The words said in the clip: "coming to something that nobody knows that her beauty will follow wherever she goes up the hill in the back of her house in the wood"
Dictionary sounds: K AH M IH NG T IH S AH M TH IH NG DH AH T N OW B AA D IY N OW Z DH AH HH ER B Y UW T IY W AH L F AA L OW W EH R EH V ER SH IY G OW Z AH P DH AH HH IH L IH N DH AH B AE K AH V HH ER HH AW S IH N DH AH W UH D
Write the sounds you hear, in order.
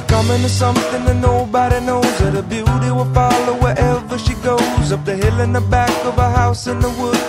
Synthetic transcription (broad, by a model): K AH M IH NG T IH S AH M TH IH NG DH AH T N OW B AA D IY N OW Z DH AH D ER B Y UW T IY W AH F AA L OW W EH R EH V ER SH IY G OW Z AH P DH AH HH IH L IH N DH AH B AE K AH V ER HH AW S IH N DH AH W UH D